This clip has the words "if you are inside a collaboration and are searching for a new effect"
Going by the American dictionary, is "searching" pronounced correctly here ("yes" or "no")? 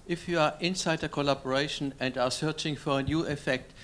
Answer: yes